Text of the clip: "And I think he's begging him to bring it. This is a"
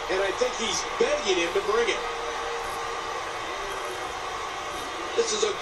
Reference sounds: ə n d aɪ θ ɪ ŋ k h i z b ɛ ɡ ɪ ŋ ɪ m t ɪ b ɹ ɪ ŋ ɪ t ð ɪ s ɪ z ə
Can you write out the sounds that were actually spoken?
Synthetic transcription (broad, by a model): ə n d aɪ θ ɪ ŋ k h i z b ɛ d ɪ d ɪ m t ɪ b ɹ ɪ ŋ ɪ t ð ɪ s ɪ z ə